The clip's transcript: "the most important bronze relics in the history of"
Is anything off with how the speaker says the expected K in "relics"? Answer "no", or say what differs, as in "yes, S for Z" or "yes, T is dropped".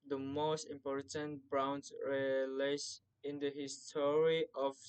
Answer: yes, K is dropped